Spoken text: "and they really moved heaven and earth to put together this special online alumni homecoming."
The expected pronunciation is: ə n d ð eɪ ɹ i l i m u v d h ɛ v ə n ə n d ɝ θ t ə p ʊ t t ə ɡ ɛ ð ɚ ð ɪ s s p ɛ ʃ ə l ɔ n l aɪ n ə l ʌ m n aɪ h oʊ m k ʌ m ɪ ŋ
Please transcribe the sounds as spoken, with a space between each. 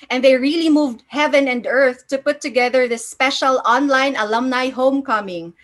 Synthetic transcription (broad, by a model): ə n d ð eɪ ɹ i l i m u v d h ɛ v ə n ə n d ɝ θ t ə p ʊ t t ə ɡ ɛ ð ɚ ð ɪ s s p ɛ ʃ ə l ɔ n l aɪ n ə l ʌ m n aɪ h oʊ m k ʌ m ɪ ŋ